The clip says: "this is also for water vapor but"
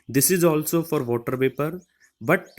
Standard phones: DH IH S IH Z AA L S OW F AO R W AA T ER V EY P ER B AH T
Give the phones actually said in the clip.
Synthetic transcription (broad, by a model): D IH S IH Z AA L S OW F AO R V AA T ER P EY P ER B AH T